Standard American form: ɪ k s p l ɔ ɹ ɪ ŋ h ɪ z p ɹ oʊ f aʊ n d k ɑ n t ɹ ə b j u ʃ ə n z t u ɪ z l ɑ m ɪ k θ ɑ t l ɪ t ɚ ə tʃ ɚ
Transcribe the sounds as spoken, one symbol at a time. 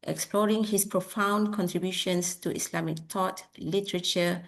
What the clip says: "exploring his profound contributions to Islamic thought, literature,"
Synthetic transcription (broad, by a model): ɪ k s p l ɔ ɹ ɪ ŋ h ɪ s p ɹ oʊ f aʊ n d k ɑ n t ɹ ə b j u ʃ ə n s t u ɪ s l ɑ m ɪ k t ɑ t l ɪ t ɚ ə tʃ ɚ